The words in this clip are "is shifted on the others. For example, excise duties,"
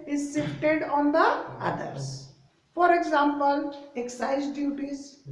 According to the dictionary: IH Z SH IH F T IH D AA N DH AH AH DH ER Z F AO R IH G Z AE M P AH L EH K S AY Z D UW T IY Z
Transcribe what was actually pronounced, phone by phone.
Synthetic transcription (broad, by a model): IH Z S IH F T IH D AA N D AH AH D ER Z F AO R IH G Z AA M P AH L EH K S AY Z D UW T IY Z